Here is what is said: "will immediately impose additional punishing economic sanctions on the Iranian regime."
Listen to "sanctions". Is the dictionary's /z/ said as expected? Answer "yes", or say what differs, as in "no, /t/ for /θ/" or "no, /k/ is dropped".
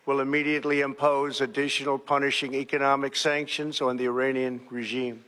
yes